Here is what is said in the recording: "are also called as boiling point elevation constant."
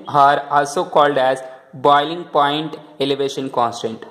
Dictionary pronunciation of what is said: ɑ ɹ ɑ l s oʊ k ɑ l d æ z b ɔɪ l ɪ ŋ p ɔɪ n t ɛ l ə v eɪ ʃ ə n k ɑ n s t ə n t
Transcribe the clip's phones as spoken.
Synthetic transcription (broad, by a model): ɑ ɹ ɑ l s oʊ k ɑ l d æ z b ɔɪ l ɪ ŋ p ɔɪ n t ɛ l ə v eɪ ʃ ə n k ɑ n s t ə n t